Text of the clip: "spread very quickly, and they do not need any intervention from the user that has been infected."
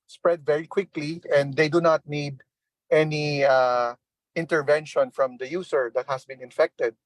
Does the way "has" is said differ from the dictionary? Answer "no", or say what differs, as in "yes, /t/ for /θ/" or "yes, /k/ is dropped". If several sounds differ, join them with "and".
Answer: yes, /s/ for /z/